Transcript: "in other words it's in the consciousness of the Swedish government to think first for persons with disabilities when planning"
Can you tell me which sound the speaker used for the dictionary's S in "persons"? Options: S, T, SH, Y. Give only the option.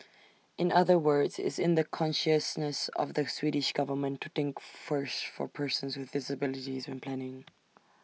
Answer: S